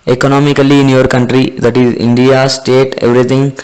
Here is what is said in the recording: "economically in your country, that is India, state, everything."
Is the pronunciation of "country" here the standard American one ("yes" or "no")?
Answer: yes